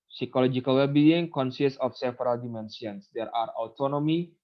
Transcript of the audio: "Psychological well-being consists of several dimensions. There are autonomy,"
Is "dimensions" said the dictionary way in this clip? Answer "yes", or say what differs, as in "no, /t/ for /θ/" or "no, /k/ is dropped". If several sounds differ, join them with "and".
no, /s/ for /ʃ/